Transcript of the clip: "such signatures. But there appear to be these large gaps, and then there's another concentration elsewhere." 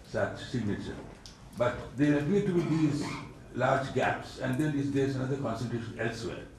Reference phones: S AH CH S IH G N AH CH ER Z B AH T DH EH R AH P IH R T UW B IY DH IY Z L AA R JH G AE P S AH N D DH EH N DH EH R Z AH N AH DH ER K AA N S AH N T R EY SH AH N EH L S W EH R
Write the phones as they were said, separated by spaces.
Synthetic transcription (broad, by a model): S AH CH S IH G N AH CH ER B AH T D EH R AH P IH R T UW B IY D IY Z L AA R JH G AE P S AH N D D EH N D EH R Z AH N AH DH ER K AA N S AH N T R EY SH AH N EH L S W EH R